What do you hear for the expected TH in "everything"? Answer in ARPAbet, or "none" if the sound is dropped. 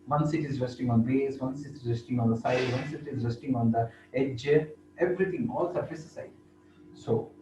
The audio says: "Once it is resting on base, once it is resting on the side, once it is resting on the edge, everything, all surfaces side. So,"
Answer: T